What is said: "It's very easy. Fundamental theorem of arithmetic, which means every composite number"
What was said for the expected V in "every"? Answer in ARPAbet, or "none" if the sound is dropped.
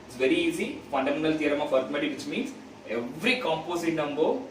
V